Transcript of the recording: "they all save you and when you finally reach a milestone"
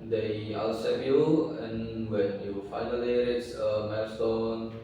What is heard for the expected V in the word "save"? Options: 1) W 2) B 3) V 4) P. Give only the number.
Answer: 4